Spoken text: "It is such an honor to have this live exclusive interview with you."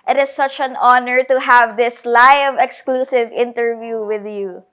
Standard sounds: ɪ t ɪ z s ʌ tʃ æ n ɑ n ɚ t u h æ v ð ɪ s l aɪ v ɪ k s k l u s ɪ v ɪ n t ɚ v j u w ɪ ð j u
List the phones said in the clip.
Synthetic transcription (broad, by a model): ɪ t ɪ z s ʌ tʃ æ n ɑ n ɚ t u h æ v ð ɪ s l aɪ v ɪ k s k l u s ɪ v ɪ n t ɚ v j u w ɪ ð j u